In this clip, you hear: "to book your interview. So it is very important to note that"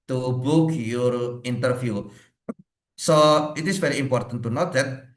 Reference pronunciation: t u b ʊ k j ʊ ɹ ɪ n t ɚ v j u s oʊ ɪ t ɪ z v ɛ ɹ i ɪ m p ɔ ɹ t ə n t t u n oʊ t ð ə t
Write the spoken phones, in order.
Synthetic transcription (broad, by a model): t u b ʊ k j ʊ ɹ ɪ n t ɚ f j u s oʊ ɪ t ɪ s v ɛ ɹ i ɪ m p ɔ ɹ t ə n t t u n oʊ t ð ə t